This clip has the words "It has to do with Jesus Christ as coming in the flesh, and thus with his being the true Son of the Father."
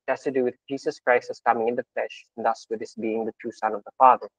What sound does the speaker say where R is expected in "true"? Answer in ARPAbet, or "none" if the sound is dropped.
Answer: none